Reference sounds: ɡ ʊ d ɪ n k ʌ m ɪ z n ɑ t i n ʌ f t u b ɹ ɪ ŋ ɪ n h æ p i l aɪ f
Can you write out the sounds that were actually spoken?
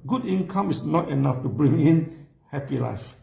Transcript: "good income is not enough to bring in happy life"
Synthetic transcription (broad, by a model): ɡ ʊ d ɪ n k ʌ m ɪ s n ɑ t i n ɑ f t u b ɹ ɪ ŋ ɪ n h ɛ p i l aɪ f